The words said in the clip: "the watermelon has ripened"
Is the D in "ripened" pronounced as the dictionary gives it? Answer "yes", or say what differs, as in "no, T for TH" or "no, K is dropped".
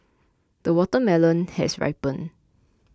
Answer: no, D is dropped